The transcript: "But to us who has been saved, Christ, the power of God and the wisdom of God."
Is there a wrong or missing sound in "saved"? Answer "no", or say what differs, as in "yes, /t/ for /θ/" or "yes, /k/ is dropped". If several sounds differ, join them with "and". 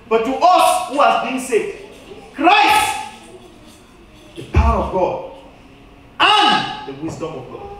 yes, /v/ is dropped